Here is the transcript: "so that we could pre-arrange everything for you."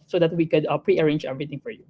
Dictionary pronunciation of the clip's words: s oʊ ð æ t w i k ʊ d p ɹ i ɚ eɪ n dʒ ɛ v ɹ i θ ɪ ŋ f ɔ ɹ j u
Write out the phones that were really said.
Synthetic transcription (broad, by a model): s oʊ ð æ t w i k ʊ d p ɹ i ɚ eɪ n dʒ ɛ v ɹ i t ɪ ŋ f ɔ ɹ j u